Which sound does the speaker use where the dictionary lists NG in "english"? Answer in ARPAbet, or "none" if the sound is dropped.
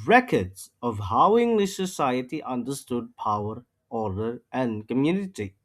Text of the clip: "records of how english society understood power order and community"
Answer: NG